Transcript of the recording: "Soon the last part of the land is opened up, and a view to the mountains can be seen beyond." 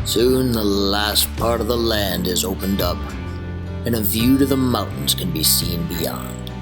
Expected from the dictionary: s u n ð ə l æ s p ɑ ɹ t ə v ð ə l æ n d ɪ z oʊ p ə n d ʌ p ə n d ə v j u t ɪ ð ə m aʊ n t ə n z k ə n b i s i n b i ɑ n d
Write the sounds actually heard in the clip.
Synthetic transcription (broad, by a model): s u n ð ə l æ s p ɑ ɹ t ə v ð ə l æ n d ɪ z oʊ p ə n d ʌ p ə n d ə v j u t ɪ ð ə m aʊ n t n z k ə n b i s i n b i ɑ n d